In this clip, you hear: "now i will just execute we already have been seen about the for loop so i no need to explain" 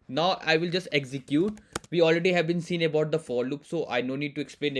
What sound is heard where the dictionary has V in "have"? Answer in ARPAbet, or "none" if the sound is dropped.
V